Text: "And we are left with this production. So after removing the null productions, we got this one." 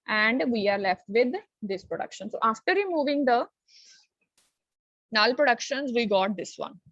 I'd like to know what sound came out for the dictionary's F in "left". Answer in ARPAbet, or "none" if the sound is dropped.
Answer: F